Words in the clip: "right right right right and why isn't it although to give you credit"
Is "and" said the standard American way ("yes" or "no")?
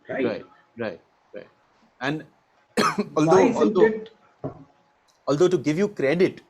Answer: no